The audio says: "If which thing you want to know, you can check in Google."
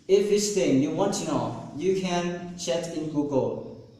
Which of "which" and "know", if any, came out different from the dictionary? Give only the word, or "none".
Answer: which